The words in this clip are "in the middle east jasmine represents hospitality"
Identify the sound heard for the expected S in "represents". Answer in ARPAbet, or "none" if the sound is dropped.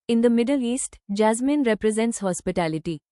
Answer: S